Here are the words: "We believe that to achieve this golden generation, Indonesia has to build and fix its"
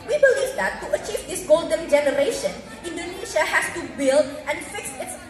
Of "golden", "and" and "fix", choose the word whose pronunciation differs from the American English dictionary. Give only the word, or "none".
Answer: none